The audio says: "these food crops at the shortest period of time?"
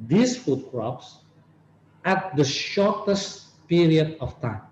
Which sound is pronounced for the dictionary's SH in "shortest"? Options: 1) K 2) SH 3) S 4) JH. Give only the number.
2